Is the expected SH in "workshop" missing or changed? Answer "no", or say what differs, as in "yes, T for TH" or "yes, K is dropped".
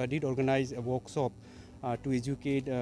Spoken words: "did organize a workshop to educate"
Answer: yes, S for SH